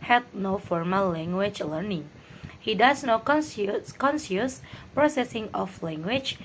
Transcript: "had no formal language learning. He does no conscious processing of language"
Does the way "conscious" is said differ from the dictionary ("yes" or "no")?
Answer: yes